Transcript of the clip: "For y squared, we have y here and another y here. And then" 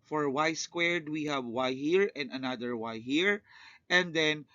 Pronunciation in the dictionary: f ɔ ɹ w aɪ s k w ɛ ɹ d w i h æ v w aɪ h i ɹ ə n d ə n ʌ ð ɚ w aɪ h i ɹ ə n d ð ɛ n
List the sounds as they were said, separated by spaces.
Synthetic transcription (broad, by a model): f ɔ ɹ w aɪ s k w ɛ ɹ d w i h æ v w aɪ h i ɹ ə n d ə n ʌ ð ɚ w aɪ h i ɹ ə n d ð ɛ n